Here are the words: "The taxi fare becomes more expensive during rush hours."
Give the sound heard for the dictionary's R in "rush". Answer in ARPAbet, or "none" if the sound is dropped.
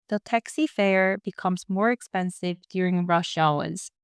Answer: R